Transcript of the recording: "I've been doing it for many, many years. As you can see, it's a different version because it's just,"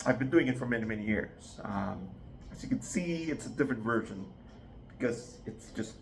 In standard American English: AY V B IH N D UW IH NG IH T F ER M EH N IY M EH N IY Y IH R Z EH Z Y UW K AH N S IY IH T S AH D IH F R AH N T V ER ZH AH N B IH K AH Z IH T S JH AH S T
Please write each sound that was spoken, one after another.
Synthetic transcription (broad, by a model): AY V B IH N D UW IH NG IH T F ER M EH N IY M EH N IY Y IH R Z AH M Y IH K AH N S IY IH T S AH D IH F R AH N T V ER ZH AH N B IH K AH Z IH T S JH AH S T